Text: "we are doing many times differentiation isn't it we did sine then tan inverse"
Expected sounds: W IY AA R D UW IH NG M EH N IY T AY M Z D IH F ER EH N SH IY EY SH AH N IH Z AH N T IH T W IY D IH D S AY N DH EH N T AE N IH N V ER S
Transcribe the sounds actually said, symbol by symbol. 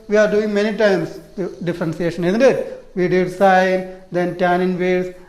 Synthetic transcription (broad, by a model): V IY AA R D UW IH NG M EH N IY T AY M S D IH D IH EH N S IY EY SH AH N IH Z AH N T IH T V IY D IH D S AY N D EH N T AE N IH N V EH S